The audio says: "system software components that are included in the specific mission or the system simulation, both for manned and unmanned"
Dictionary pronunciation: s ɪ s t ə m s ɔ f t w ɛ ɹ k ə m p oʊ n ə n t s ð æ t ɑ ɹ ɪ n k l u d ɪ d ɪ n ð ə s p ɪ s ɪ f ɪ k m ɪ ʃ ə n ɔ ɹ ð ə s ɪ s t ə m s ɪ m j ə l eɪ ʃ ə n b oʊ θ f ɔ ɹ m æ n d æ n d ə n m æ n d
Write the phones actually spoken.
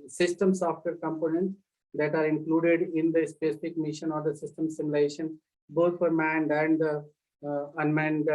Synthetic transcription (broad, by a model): s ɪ s t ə m s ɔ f t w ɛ ɹ k ə m p oʊ n ə n t s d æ t ɑ ɹ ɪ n k l u d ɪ d ɪ n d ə s p ɪ s ɪ f ɪ k m ɪ ʃ ə n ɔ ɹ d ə s ɪ s t ə m s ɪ m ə l eɪ ʃ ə n b oʊ t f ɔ ɹ m æ n d æ n d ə n m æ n d